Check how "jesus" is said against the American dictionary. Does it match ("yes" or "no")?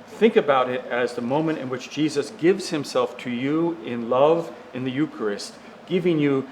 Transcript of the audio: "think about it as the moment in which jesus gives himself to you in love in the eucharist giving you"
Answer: yes